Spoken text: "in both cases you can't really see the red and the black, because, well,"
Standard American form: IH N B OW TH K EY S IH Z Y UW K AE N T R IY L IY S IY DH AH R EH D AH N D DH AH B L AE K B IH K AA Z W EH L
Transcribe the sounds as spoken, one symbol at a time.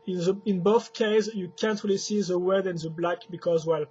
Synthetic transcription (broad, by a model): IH N B OW TH K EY IH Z Y UW K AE N T R IY L IY S IY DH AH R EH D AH N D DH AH B L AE K B IH K AA Z W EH L